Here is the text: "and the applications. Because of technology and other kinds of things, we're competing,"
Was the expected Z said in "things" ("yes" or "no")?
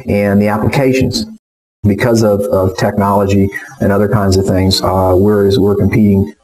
yes